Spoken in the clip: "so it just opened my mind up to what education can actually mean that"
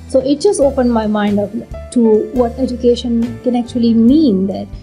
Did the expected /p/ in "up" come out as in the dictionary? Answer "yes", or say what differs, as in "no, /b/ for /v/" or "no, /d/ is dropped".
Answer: no, /f/ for /p/